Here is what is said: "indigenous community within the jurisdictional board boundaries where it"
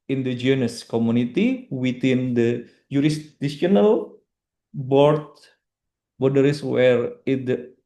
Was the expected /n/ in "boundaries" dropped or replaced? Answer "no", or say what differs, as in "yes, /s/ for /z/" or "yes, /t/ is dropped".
yes, /n/ is dropped